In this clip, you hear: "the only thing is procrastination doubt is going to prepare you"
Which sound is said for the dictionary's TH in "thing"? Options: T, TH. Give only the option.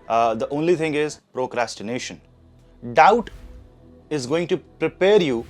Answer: T